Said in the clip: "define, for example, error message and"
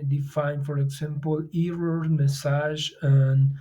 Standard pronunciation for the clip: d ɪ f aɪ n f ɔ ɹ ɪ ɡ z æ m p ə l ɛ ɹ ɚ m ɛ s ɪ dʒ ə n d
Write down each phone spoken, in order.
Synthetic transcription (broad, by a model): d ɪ f aɪ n f ɔ ɹ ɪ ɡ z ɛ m p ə l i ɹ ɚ m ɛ s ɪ ʒ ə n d